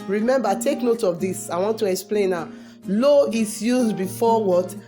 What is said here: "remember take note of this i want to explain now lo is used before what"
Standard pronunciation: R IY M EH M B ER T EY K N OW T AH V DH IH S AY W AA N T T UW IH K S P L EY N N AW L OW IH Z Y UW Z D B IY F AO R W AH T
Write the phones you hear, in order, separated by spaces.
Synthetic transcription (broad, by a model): R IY M EH M B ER T EY K N OW T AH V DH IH S AY W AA N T T UW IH K S P L EY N N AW L OW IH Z Y UW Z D B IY F AO W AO T